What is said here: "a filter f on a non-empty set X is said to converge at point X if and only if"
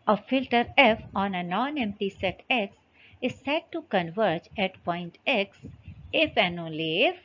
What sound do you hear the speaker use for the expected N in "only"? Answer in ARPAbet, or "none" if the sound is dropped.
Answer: none